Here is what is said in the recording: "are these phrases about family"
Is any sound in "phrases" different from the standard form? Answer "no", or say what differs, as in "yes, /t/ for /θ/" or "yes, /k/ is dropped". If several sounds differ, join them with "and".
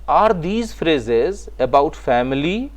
no